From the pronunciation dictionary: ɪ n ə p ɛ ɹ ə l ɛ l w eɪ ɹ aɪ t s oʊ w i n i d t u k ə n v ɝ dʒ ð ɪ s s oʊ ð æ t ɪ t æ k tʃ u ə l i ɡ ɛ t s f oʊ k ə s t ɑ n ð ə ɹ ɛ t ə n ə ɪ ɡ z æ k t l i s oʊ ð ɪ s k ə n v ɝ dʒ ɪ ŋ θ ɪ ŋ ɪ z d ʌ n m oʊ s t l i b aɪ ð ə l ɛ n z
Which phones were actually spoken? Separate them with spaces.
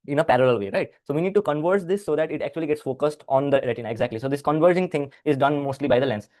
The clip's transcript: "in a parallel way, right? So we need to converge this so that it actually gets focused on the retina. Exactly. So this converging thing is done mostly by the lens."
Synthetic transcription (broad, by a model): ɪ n ə p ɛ ɹ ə l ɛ l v eɪ ɹ aɪ t s oʊ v i n i d t u k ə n v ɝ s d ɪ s s oʊ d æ t ɪ t æ k tʃ u ə l i ɡ ɛ t s f oʊ k ə s t ɑ n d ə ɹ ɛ t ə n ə ɪ ɡ z æ k t l i s oʊ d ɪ s k ə n v ɝ dʒ ɪ ŋ t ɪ ŋ ɪ z d ʌ n m oʊ s t l i b aɪ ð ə l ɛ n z